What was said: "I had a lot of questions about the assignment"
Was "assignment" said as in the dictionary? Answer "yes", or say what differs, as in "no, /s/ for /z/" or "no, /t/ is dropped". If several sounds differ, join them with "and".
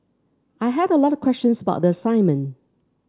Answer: no, /n/ is dropped and /t/ is dropped